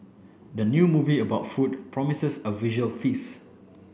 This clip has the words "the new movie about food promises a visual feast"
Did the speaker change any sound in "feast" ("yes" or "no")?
yes